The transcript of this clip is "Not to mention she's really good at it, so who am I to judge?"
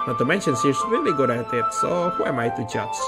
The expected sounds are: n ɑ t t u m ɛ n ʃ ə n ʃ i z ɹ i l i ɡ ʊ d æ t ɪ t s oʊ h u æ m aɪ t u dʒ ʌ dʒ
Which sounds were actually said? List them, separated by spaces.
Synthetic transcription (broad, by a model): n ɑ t t u m ɛ n ʃ ə n s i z ɹ i l i ɡ ʊ d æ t ɪ t s oʊ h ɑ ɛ m aɪ t u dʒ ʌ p